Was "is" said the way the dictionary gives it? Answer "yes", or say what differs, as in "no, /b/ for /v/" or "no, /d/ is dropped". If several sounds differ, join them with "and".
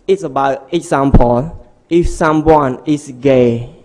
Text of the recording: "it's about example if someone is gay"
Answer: no, /s/ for /z/